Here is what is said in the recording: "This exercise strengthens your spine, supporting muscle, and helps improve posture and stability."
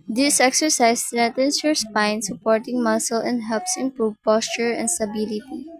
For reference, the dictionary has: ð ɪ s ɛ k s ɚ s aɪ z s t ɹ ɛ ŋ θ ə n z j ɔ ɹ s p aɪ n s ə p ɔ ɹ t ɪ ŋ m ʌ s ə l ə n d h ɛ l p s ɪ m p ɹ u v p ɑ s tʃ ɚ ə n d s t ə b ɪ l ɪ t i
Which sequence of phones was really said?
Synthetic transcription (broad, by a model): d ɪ s ɛ k s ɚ s aɪ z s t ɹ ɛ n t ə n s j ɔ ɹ s p aɪ n s ə p ɔ ɹ t ɪ ŋ m ʌ s ə l ə n d h ɛ l p s ɪ m p ɹ u v p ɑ s tʃ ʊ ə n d s t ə b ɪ l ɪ t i